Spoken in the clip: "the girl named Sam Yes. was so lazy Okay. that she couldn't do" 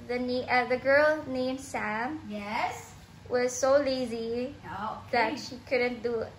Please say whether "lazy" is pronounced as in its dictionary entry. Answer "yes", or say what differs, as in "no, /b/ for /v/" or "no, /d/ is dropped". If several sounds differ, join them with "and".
yes